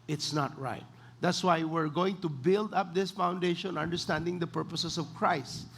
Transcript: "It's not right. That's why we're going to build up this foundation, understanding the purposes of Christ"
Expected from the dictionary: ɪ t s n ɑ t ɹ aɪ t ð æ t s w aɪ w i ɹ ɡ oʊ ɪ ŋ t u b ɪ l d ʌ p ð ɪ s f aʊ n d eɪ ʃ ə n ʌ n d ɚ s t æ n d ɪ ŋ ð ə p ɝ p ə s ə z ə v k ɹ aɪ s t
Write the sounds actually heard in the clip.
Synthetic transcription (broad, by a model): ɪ t s n ɑ t ɹ aɪ t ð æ t s w aɪ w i ɹ ɡ oʊ ɪ ŋ t u b ɪ l d ʌ p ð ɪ s f aʊ n d eɪ ʃ ə n ʌ n d ɚ s t æ n d ɪ ŋ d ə p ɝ p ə s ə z ə v k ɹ aɪ s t